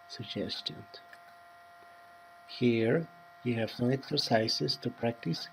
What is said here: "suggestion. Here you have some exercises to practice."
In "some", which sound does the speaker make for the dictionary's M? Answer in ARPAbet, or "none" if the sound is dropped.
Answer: none